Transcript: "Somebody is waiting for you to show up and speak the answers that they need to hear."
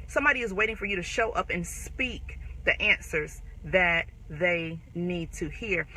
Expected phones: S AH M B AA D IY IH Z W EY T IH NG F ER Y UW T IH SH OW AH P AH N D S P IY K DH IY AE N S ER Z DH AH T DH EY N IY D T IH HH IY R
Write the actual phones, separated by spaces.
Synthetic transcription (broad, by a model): S AH M B AA D IY IH Z W EY T IH NG F ER Y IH T IH SH OW AH P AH N S P IY K DH IY AE N S ER Z DH AH T DH EY N IY D T IH HH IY R